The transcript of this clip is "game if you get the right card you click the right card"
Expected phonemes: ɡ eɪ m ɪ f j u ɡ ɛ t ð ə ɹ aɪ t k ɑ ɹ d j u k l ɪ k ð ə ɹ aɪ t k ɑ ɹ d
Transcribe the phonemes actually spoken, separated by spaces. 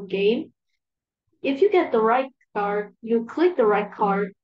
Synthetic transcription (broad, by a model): ɡ eɪ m ɪ f j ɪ ɡ ɛ t ð ə ɹ aɪ t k ɑ ɹ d j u k l ɪ k ð ə ɹ aɪ t k ɑ ɹ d